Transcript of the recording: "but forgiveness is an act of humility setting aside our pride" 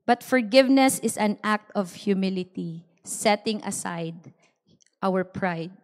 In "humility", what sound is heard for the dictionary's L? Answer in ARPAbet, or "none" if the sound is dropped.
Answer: L